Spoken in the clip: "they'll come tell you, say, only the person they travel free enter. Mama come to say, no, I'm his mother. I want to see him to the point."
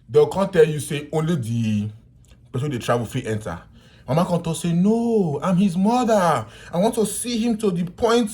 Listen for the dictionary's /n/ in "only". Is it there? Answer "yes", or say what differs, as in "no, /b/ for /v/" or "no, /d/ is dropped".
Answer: yes